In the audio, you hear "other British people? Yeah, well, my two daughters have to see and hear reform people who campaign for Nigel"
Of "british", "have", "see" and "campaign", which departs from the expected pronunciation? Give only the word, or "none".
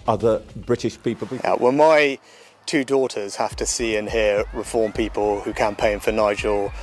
have